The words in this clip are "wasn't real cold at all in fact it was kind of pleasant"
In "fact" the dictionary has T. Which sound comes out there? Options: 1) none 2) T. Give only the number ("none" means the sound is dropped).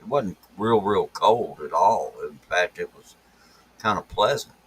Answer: 2